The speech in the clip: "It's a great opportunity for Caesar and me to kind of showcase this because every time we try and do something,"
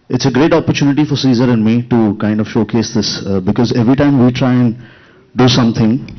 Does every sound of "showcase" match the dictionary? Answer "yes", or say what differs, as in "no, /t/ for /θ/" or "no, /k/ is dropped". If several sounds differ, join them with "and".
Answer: yes